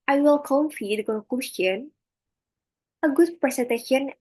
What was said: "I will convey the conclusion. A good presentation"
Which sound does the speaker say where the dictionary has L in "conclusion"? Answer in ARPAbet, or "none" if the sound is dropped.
none